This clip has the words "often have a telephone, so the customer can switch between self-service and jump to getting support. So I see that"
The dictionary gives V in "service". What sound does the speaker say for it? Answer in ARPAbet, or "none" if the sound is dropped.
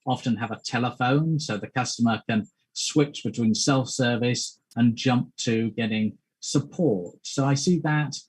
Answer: V